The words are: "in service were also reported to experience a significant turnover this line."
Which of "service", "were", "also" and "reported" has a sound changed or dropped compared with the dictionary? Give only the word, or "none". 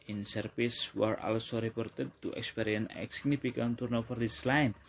service